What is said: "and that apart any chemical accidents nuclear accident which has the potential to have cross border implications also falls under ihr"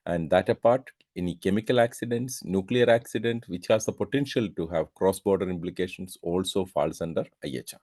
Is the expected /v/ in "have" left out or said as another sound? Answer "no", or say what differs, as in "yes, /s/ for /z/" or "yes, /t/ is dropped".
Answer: no